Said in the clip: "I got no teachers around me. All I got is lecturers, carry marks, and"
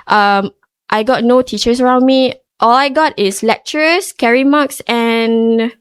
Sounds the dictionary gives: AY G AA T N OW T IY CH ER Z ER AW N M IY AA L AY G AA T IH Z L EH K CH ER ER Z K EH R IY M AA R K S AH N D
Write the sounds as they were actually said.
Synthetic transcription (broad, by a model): AY G AA T N OW T IY CH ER S ER AW N M IY AA L AY G AA T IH S L EH K CH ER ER S K EH R IY M AA K S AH N